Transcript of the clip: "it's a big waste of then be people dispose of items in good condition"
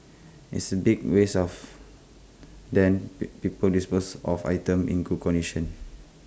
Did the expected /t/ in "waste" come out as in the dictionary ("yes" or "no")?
no